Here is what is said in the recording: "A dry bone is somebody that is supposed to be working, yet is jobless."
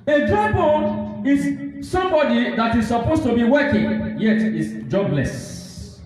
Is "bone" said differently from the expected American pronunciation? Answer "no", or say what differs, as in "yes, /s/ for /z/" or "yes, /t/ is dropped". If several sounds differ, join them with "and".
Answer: yes, /n/ is dropped